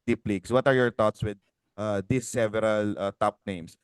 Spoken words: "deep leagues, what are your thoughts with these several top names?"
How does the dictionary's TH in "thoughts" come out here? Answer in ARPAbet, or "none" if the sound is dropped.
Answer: T